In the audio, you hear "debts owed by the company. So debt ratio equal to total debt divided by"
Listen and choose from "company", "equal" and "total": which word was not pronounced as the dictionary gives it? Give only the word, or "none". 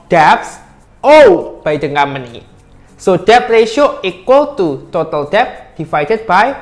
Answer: company